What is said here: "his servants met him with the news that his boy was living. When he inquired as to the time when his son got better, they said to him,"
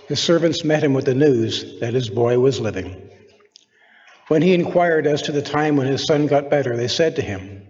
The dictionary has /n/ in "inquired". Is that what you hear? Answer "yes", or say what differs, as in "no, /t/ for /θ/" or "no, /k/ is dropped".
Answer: yes